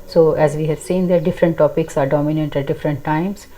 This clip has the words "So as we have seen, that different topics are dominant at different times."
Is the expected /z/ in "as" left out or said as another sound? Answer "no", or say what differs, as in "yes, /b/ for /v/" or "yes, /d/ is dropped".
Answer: no